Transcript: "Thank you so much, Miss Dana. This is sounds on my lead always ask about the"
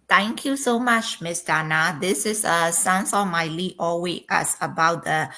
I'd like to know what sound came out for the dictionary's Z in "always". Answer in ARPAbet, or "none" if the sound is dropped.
none